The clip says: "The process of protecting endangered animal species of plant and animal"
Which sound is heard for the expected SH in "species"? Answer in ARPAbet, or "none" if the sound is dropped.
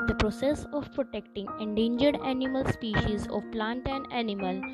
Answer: SH